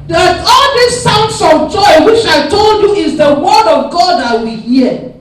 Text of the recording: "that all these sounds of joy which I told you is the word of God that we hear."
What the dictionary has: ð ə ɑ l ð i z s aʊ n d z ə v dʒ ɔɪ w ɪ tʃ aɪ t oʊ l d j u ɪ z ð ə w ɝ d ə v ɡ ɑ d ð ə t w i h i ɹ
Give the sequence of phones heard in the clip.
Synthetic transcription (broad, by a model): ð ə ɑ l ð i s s aʊ n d s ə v dʒ ɔɪ w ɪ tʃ aɪ t oʊ l d j u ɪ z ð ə w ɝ d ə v ɡ ɑ d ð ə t w i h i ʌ